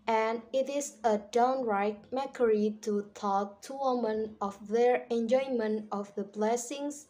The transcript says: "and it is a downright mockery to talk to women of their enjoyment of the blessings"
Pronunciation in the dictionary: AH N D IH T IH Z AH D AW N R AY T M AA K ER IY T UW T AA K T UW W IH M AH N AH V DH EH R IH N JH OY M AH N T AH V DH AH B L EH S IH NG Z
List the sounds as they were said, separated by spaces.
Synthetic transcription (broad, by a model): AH N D IH T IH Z AH D AW N R AY T M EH K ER IY T UW T AA K T UW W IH M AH N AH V DH EH R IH N JH OY M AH N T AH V DH AH B L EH S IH NG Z